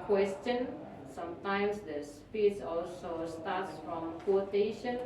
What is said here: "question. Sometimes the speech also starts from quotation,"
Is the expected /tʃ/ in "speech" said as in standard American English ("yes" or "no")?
no